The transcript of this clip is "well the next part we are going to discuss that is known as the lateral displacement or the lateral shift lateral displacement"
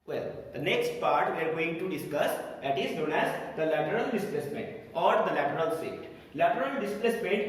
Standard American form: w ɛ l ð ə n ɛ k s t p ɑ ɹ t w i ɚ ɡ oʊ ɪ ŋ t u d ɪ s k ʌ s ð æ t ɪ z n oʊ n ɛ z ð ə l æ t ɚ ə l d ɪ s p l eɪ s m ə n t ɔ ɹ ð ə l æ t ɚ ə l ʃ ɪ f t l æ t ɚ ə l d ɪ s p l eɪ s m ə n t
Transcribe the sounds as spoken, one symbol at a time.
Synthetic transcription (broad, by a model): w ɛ l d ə n ɛ k s t p ɑ ɹ t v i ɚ ɡ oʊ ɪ ŋ t u d ɪ s k ʌ s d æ t ɪ z n oʊ n ɛ z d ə l æ t ɚ ə l d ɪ s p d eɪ s m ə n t ɔ ɹ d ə l æ t ɚ ə l s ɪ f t l æ t ɚ ə l d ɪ s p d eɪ s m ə n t